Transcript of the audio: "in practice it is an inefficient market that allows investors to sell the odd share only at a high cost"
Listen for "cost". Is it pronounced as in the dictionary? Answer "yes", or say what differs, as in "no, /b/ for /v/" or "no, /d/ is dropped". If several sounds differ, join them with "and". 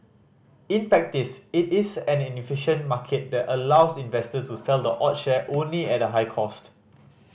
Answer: yes